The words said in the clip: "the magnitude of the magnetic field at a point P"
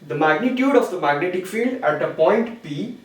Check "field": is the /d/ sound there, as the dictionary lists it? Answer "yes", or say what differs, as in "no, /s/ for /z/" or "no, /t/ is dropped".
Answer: yes